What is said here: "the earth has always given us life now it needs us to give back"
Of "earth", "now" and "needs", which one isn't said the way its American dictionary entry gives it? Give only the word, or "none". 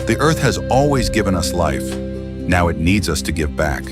none